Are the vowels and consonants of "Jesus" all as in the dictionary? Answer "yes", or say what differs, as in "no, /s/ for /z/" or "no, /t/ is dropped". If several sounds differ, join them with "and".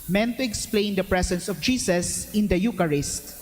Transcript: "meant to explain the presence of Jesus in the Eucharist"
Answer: no, /s/ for /z/